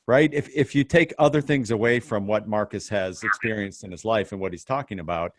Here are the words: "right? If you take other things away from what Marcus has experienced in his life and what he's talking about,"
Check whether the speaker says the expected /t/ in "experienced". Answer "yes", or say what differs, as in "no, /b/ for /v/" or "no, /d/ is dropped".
yes